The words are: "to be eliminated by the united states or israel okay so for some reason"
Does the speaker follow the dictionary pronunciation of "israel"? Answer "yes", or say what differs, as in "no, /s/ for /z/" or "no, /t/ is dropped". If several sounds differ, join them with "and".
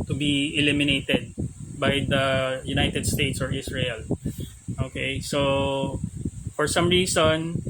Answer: no, /s/ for /z/